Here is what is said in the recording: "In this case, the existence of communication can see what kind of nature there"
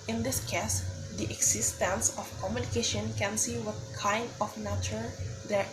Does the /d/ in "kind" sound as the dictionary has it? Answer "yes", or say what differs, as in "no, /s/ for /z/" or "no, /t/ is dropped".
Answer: yes